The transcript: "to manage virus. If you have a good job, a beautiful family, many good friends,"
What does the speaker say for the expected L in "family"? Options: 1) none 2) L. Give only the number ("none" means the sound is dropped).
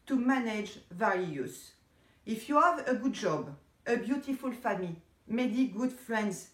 1